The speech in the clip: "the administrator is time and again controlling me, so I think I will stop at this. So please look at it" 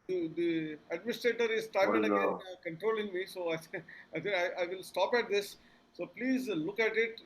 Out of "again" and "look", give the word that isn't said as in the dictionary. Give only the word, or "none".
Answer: again